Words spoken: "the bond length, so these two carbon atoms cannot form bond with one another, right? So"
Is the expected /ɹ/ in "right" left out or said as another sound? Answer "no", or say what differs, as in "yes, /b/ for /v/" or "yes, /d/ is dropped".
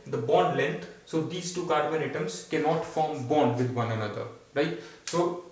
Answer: no